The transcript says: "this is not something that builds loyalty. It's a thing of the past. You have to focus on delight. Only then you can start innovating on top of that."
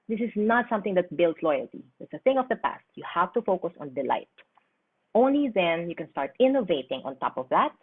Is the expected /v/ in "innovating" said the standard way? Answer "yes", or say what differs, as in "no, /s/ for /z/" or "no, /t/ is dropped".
yes